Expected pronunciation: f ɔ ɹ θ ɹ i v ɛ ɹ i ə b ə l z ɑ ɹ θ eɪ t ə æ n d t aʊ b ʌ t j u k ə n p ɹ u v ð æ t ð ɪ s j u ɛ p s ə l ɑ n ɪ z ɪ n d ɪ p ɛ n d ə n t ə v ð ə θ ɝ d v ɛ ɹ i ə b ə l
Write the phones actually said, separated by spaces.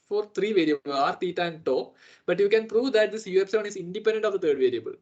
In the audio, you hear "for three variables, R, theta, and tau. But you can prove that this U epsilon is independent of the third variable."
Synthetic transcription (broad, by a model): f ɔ ɹ t ɹ i v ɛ ɹ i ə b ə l ɑ ɹ t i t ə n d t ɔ b ʌ t j u k ə n p ɹ u v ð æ t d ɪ s j u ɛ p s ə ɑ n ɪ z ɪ n d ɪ p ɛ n d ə n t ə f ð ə t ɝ d v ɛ ɹ i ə b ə l